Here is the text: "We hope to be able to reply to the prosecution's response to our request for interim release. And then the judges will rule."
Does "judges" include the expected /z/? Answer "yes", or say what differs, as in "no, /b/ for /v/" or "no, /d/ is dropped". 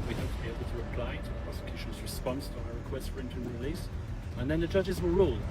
yes